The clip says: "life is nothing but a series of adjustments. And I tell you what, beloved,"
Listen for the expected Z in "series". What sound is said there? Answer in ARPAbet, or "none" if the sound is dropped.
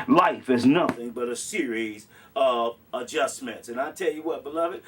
Z